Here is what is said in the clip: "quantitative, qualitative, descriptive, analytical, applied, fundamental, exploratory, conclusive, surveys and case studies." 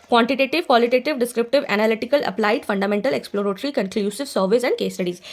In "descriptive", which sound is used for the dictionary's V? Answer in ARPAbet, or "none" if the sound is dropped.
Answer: V